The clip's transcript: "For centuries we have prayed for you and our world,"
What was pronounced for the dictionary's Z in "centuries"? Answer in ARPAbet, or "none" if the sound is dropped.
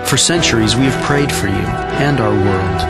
Z